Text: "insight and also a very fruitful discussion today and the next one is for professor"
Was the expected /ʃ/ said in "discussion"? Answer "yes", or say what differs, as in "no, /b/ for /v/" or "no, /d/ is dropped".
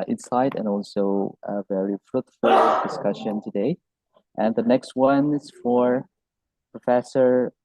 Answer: yes